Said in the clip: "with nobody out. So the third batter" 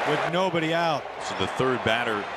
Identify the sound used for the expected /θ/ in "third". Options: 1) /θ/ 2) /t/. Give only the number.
1